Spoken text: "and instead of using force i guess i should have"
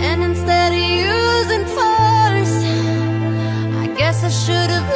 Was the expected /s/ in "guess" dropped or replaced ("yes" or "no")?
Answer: no